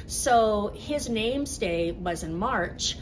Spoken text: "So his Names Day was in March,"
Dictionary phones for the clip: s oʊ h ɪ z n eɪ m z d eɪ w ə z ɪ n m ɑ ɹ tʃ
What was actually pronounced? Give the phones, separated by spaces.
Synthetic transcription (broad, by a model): s oʊ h ɪ z n eɪ m z d eɪ w ə z ɪ n m ɑ ɹ tʃ